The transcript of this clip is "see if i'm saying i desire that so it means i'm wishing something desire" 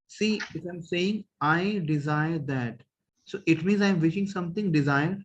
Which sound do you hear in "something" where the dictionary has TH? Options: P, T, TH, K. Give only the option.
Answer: T